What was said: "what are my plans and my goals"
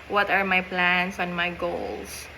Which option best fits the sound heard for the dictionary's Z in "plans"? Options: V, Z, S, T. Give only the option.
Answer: S